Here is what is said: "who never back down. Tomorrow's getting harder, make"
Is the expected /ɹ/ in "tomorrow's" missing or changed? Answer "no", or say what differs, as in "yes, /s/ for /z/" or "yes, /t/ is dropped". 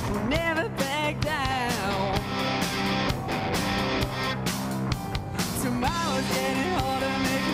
yes, /w/ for /ɹ/